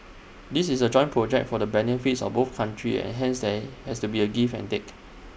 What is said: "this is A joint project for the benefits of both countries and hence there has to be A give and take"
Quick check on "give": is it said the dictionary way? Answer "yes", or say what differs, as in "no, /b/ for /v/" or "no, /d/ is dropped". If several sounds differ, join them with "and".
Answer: no, /f/ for /v/